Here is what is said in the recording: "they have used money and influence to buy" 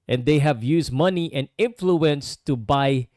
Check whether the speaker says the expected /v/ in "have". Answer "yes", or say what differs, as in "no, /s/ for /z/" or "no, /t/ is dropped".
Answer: yes